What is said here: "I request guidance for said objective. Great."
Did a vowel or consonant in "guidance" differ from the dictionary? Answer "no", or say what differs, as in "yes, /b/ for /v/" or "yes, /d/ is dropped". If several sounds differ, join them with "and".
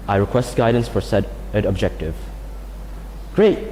no